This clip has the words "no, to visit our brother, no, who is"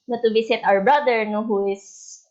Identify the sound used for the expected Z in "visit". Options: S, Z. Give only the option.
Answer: S